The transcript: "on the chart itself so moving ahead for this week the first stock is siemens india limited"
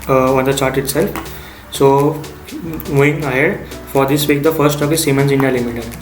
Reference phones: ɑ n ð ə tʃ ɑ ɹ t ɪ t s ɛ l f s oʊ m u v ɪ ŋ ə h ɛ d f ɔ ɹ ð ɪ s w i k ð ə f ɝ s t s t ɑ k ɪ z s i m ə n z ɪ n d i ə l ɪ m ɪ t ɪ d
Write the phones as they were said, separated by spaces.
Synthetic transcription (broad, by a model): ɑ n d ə tʃ ɑ ɹ t ɪ t s ɛ l f s oʊ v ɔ ɪ ŋ ə h ɛ d f ɔ ɹ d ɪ s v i k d ə f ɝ t s t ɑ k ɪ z s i m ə n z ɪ n d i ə l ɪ m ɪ t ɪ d